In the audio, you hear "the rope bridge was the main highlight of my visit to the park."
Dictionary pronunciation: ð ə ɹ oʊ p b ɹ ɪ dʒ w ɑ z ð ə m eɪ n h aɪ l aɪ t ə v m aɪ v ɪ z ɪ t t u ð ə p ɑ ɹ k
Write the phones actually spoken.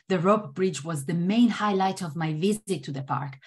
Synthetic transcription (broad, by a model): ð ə ɹ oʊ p b ɹ ɪ dʒ w ɑ z ð ə m eɪ n h aɪ l aɪ t ə v m aɪ v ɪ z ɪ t t u ð ə p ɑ ɹ k